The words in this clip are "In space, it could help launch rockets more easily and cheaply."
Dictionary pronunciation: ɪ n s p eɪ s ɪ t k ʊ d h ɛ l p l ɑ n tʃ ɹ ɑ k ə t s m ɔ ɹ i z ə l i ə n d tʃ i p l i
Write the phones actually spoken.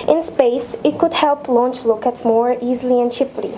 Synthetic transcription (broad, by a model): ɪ n s p eɪ s ɪ t k ʊ d h ɛ l p l ɑ n tʃ l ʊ k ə t s m ɔ ɹ i z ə l i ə n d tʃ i p l i